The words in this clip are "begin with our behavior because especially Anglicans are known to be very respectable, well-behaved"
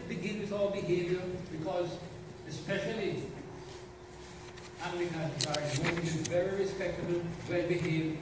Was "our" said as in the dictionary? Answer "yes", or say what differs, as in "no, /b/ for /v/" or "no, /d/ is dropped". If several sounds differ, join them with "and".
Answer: no, /l/ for /ɹ/